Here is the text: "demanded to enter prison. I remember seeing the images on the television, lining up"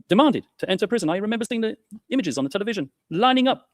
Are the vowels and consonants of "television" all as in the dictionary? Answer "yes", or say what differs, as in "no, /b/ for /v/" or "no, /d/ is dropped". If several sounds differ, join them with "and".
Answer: yes